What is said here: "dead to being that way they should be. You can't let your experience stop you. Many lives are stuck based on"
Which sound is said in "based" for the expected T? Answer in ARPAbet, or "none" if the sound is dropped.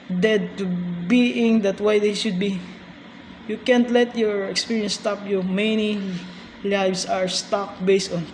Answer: T